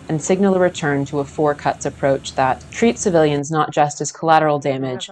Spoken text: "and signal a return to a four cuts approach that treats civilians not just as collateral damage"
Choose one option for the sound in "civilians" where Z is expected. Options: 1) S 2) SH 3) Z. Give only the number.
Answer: 3